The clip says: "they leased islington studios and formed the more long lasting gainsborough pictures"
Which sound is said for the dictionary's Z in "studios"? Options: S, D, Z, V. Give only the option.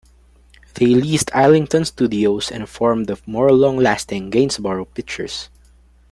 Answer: S